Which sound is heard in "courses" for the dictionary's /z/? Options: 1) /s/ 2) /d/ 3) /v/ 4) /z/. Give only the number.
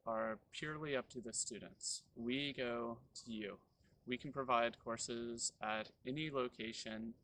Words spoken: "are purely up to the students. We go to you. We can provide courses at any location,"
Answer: 4